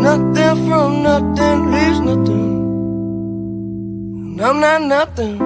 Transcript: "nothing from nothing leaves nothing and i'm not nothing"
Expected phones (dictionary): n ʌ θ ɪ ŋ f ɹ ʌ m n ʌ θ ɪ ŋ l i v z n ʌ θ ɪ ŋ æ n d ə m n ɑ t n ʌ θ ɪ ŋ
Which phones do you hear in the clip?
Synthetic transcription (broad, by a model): n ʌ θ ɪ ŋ f ɹ ʌ m n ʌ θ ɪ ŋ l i z n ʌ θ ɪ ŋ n ə m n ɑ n n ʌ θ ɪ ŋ